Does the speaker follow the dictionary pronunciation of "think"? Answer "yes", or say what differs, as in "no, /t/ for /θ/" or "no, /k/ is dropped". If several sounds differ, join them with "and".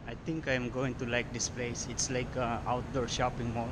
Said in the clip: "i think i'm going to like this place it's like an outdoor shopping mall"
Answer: no, /t/ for /θ/